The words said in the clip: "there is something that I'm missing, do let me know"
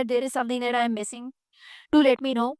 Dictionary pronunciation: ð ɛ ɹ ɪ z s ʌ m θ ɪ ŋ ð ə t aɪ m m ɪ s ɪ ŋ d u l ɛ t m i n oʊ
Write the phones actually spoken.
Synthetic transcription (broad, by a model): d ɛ ɹ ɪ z s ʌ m t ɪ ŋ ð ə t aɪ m m ɪ s ɪ ŋ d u l ɛ t m i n oʊ